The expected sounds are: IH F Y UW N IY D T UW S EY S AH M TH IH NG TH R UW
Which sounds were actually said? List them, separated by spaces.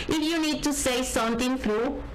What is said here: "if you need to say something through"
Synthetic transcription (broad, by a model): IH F Y UW N IY D T UW S EY S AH M T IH NG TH R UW